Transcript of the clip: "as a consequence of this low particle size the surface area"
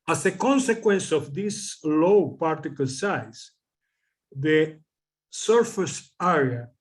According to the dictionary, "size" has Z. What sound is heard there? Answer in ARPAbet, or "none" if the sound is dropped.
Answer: S